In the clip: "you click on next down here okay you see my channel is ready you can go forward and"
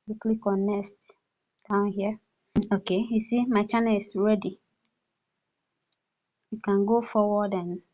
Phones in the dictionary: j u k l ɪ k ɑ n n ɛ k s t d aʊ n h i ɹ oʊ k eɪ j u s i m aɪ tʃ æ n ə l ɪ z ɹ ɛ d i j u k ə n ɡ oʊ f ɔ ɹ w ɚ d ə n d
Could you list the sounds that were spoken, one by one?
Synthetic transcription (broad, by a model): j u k l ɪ k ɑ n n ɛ s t d aʊ n h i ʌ oʊ k eɪ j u s i m aɪ tʃ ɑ n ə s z ɹ ɛ d i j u k ə n ɡ oʊ f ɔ w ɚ d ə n